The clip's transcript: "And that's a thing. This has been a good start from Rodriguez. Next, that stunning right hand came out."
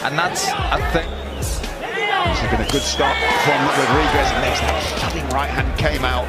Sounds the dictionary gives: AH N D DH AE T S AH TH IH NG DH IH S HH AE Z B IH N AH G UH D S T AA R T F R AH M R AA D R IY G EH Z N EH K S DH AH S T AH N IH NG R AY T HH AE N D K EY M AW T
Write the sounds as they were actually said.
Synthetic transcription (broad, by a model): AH N DH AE T S AH TH IH NG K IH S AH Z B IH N AH G UH D S T AA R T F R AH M W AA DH R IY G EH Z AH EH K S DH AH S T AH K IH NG R AY T HH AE N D K EY M AW T